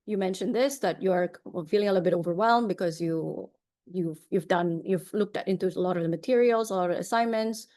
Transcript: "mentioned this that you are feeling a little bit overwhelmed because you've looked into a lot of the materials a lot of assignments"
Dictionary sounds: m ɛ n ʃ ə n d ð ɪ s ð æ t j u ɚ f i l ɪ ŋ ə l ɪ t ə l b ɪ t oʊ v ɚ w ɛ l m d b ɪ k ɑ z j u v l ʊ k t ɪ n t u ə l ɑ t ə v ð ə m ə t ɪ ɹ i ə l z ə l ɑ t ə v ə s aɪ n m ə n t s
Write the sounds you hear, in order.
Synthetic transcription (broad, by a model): m ɛ n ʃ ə n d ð ɪ s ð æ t j u ɚ f i l ɪ ŋ ə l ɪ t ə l b ɪ t oʊ v ɚ w ɛ l m b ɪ k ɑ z j u v l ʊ k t ɪ n t u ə l ɑ t ə v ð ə m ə t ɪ ɹ i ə l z ə l ɑ t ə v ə s aɪ n m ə n t s